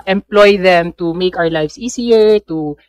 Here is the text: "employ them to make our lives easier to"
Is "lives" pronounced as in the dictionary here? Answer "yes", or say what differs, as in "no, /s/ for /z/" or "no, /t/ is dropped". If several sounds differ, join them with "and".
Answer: no, /s/ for /z/